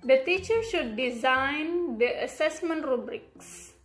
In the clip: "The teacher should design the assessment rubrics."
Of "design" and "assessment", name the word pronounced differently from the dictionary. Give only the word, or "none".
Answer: none